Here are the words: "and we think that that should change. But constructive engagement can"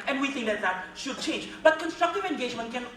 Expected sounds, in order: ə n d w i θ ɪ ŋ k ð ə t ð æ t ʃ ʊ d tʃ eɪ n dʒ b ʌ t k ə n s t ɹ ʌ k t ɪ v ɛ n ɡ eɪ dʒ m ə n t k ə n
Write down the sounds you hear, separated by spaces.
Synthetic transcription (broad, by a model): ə n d w i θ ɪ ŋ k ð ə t ð æ t ʃ ʊ d tʃ eɪ n dʒ b ʌ t k ə n s t ɹ ʌ k t ɪ v ɛ n ɡ eɪ dʒ m ə n t k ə n